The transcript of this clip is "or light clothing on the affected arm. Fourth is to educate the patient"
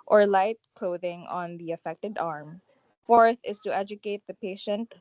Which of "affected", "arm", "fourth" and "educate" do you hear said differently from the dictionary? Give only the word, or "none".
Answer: none